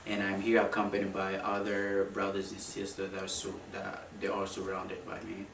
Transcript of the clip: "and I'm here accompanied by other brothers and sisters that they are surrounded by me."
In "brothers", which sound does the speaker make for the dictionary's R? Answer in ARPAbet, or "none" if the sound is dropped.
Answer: R